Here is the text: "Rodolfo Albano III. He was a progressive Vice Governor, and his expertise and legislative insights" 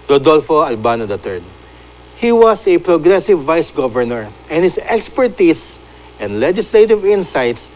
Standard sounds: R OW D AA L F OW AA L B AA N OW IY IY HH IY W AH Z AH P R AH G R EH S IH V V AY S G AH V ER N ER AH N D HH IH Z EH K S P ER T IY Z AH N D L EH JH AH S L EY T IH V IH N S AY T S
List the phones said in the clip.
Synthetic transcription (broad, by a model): R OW D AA L F OW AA L B AA N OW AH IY HH IY W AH S AH P R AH G R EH S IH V V AY S G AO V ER N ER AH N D HH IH S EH K S P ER T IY S AH N D L EH JH AH S L EY T IH V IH N S AY T S